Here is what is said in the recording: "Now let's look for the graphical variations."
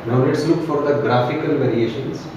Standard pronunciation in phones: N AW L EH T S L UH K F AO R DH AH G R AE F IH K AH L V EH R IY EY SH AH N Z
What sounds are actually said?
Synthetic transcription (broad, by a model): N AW N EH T S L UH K F AO R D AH G R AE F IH K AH L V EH R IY EY SH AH N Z